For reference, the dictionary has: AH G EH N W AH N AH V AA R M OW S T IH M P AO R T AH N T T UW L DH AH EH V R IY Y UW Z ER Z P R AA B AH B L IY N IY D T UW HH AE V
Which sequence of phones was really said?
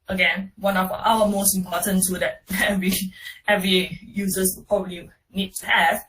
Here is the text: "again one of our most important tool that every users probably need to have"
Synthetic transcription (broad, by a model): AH G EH N W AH N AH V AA L M OW S T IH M P AO T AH N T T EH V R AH EH V R IY Y UW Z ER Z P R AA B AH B L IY N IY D T UW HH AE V